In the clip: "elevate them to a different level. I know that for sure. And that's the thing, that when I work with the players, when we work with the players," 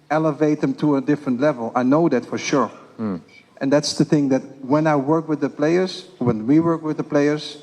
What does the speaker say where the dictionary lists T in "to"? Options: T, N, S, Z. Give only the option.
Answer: T